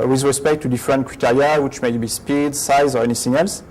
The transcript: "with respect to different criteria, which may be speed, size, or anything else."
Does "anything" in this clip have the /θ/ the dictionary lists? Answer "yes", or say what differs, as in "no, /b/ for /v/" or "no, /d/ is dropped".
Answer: no, /s/ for /θ/